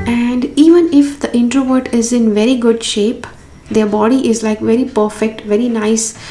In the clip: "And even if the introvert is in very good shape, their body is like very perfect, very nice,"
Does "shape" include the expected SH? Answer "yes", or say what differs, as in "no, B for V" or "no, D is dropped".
yes